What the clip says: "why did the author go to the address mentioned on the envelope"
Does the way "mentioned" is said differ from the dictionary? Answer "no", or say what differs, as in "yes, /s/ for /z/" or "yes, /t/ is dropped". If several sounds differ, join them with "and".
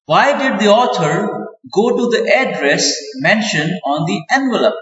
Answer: yes, /d/ is dropped